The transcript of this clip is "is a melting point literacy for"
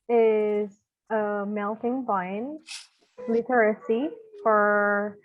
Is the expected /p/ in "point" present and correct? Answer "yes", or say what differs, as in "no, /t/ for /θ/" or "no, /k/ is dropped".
no, /b/ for /p/